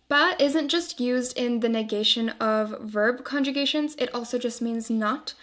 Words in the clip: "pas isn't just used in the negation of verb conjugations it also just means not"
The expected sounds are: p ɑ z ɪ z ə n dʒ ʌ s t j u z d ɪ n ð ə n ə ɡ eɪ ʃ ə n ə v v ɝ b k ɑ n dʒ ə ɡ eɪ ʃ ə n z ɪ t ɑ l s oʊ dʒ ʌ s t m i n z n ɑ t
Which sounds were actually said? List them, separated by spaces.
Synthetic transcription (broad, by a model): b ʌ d ɪ z ə n dʒ ʌ s t j u z d ɪ n ð ə n ə ɡ eɪ ʃ ə n ə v v ɝ b k ɑ n dʒ ə ɡ eɪ ʃ ə n z ɪ t ɑ l s oʊ dʒ ʌ s t m i n z n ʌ t